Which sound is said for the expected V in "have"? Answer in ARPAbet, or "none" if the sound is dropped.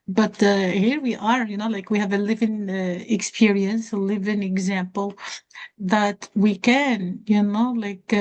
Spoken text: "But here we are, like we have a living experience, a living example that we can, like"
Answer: V